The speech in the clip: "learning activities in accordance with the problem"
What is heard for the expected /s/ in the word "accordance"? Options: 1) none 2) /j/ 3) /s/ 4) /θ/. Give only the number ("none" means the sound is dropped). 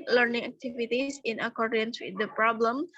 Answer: 3